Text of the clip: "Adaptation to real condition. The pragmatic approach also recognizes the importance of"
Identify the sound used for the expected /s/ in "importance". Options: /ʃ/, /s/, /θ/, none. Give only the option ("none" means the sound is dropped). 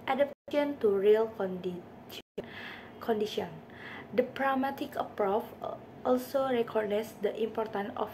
none